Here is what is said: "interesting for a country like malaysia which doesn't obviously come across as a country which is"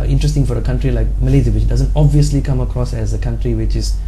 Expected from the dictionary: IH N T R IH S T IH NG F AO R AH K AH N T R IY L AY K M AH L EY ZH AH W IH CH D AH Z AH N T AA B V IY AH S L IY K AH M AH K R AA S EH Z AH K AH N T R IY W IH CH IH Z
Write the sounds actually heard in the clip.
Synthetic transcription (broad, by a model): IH N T R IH S T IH NG F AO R AH K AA N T R IY L AY K M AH L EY Z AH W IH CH D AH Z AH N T AA B V IY AH S L IY K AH M AH K R AA S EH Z AH K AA N T R IY W IH CH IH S